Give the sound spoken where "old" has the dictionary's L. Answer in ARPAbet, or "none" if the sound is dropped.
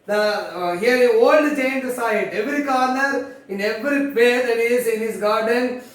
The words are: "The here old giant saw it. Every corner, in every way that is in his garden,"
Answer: L